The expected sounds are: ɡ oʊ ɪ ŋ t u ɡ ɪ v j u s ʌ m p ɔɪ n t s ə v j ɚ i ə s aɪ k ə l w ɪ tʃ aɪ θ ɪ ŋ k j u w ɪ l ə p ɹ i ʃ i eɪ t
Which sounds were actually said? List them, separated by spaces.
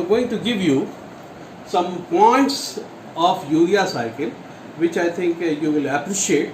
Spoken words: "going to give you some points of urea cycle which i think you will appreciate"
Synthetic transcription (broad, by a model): ɡ oʊ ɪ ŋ t u ɡ ɪ v j u s ʌ m p ɔɪ n t s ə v j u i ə s aɪ k ə l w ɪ tʃ aɪ t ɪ ŋ k j u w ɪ l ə p ɹ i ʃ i eɪ t